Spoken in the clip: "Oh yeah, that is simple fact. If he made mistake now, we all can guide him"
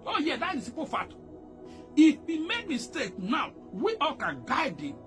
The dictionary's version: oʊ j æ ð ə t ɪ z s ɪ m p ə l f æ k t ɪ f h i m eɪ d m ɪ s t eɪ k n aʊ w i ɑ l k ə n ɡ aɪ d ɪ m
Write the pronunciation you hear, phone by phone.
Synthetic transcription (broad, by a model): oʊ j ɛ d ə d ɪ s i p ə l f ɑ t ɪ f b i m eɪ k m ɪ s t eɪ k n aʊ w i ɑ l k ə n ɡ aɪ d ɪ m